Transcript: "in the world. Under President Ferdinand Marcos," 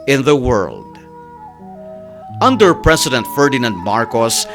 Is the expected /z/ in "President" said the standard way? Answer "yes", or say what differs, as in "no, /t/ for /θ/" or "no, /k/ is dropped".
no, /s/ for /z/